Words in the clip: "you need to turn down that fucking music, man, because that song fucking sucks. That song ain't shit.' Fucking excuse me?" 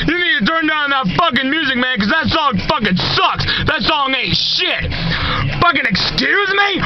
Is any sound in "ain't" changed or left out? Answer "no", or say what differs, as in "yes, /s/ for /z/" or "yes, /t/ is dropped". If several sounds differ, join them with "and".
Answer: yes, /n/ is dropped